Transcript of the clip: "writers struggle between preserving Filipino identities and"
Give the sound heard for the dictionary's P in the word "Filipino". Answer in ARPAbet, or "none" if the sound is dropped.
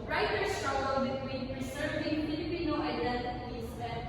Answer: B